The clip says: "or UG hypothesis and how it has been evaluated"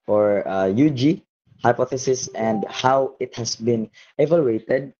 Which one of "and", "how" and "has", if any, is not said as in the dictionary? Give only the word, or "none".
has